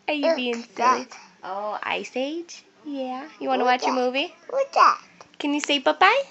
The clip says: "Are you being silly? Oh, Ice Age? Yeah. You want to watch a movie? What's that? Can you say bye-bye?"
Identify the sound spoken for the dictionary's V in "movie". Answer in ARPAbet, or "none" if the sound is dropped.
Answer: V